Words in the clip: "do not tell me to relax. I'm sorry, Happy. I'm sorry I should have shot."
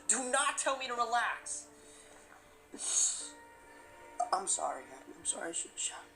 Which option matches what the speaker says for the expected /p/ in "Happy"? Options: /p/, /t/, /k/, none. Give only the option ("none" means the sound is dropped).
none